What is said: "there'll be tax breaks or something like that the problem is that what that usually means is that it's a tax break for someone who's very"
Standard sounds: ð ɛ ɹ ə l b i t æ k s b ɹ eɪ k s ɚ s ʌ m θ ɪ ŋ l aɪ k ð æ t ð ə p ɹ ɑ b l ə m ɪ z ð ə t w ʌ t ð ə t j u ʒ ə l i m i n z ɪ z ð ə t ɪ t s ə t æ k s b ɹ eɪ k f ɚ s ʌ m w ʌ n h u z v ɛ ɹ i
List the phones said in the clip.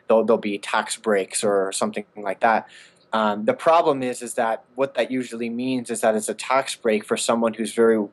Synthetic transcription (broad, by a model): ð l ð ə l b i t æ k s b ɹ eɪ k s ɚ s ʌ m θ ɪ ŋ l aɪ k ð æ t ð ə p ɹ ɑ b l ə m ɪ z ð ə t w ʌ t ð ə t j u ʒ l i m i n z ɪ z ð ə t ɪ t s ə t æ k s b ɹ eɪ k f ɚ s ʌ m w ʌ n h u z v ɛ ɹ i